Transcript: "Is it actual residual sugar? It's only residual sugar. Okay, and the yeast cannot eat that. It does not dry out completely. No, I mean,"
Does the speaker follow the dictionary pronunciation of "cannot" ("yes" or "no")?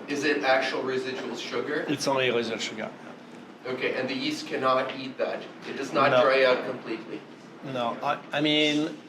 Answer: yes